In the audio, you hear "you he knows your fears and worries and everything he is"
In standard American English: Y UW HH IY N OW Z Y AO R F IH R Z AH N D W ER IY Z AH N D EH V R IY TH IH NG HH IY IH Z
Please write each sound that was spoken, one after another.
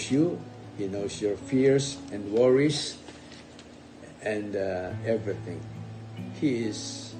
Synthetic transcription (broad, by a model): Y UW HH IY N OW S Y AO R F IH R S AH N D W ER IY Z AH N D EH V R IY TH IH NG HH IY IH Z